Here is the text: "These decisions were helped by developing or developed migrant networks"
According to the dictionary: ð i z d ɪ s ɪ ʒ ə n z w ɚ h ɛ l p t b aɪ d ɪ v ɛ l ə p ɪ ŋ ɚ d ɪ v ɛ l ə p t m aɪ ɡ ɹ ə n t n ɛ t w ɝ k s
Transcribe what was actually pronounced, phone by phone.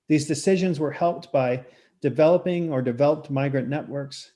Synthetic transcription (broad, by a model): ð i z d ɪ s ɪ ʒ ə n z w ɚ h ɛ l p t b aɪ d ɪ v ɛ l ə p ɪ ŋ ɚ d ɪ v ɛ l ə p t m aɪ ɡ ɹ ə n n ɛ t w ɝ k s